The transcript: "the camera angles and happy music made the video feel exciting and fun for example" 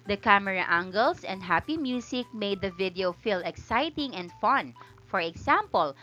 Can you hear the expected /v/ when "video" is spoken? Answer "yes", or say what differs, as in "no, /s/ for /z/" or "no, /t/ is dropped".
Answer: yes